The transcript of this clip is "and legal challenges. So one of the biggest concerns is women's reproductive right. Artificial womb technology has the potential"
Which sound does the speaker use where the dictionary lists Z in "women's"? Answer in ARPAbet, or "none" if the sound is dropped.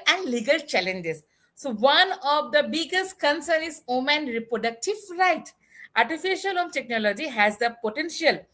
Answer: none